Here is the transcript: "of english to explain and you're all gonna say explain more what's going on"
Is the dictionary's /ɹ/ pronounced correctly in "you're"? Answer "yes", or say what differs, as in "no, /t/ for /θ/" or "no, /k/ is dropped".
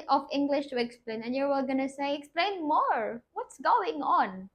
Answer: no, /w/ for /ɹ/